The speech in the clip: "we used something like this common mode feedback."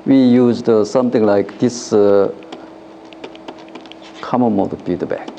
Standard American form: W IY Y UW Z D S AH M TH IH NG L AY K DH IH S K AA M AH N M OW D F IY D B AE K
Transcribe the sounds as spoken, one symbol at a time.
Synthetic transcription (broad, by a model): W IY Y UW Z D S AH M T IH NG L AY K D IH S K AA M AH M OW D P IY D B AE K